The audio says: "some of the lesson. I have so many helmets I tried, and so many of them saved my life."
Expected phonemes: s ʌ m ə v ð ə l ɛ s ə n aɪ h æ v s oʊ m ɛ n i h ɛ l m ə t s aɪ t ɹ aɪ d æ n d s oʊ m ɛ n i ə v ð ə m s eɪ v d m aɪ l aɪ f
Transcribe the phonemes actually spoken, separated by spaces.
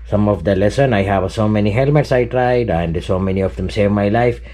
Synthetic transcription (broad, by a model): s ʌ m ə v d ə l ɛ s ə n aɪ h æ v s oʊ m ɛ n i h ɛ l m ə t s aɪ t ɹ aɪ d æ n d s oʊ m ɛ n i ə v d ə m s eɪ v m aɪ l aɪ f